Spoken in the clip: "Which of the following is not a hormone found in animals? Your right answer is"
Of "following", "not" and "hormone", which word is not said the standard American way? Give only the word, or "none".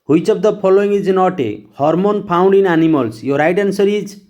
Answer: following